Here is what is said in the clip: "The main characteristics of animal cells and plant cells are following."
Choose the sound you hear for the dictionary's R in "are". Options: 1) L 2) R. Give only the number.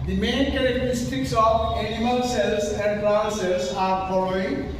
2